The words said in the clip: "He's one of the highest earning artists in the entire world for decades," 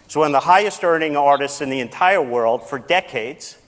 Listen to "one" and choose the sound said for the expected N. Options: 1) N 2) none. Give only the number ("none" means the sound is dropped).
2